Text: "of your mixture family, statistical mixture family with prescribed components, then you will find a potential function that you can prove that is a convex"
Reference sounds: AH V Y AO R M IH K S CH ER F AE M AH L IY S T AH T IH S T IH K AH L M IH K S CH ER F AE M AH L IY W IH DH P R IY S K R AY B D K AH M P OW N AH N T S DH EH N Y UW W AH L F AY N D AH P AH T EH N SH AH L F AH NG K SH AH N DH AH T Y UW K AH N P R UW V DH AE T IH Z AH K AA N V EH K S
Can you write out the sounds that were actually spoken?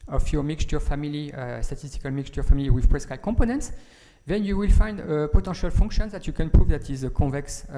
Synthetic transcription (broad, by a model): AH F Y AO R M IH K S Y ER F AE M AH L IY S T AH T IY S T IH K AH L M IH K S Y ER F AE M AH L IY W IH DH P R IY S K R AY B K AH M P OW N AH N T S DH EH N Y UW W AH L F AY N D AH P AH T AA SH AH L F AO NG K SH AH N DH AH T Y UW K AH N P R UW V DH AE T IH Z AH K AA V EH K S